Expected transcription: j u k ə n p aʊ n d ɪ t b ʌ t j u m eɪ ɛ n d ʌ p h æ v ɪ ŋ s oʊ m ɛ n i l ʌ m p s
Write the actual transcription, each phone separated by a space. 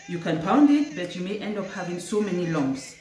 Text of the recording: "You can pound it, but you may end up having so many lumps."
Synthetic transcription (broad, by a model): j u k ə n p aʊ n d ɪ t b ʌ t j u m eɪ ɛ n d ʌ p h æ v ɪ ŋ s oʊ m ɛ n i l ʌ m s